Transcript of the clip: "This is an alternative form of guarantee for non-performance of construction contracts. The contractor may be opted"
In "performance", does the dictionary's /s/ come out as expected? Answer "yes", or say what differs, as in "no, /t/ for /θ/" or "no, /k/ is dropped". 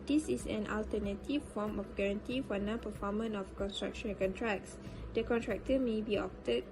no, /s/ is dropped